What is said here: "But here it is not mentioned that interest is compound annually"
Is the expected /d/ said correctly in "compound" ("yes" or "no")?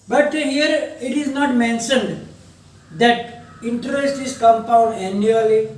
yes